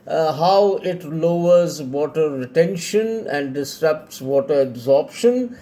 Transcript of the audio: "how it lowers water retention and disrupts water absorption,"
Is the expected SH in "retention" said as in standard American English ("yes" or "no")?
yes